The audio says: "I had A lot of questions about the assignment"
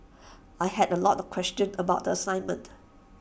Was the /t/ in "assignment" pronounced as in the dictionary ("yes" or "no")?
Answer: yes